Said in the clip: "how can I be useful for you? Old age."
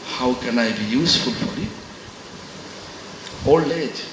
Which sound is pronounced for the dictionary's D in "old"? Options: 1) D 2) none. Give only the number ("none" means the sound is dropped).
2